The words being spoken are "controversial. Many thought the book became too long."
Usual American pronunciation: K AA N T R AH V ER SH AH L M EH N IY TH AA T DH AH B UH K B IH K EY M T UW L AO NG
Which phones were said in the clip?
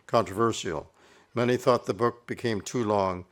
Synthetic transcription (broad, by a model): K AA N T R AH V ER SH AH L M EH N IY TH AA T DH AH B UH K B IH K EY M T UW L AO NG